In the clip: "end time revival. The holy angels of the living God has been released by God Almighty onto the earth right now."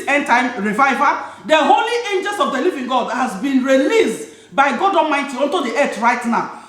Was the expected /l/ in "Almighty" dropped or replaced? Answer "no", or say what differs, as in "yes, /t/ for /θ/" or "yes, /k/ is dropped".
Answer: yes, /l/ is dropped